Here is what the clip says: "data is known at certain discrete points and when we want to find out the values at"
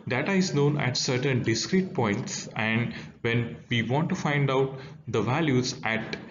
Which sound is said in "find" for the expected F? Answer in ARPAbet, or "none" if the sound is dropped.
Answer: F